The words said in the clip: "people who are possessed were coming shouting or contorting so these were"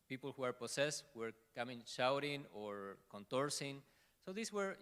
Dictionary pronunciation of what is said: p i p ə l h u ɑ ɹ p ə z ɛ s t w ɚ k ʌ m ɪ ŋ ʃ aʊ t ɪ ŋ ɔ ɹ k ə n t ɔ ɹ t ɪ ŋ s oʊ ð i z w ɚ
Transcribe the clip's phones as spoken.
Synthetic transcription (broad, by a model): p i p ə l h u ɑ ɹ p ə s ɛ s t w ɚ k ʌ m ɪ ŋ ʃ aʊ t ɪ ŋ ɔ ɹ k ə n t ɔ ɹ s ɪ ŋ s oʊ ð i s w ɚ